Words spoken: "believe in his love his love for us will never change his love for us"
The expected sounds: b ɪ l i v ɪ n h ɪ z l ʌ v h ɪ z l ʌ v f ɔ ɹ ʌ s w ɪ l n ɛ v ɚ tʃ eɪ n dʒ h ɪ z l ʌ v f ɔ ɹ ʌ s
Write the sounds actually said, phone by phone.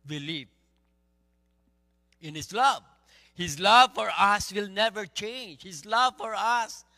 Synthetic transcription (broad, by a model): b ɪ l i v ɪ n h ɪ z l ʌ v h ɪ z l ʌ v f ɔ ɹ ʌ s w ɪ l n ɛ v ɚ tʃ eɪ n dʒ h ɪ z l ʌ v f ɔ ɹ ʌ s